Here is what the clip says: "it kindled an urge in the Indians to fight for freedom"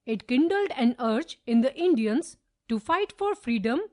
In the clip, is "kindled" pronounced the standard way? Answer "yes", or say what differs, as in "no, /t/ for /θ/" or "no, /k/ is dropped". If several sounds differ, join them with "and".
yes